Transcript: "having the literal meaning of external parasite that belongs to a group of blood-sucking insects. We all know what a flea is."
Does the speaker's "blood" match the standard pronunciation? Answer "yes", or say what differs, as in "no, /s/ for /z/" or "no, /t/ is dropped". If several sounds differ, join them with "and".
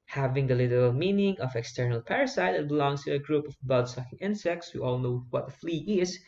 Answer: no, /l/ is dropped